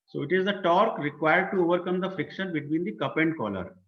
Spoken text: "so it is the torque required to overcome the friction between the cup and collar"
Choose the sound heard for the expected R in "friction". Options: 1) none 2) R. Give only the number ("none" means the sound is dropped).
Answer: 1